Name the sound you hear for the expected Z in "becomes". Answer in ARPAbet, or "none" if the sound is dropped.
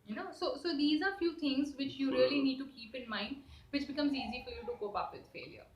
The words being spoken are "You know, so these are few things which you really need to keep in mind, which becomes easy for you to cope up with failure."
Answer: Z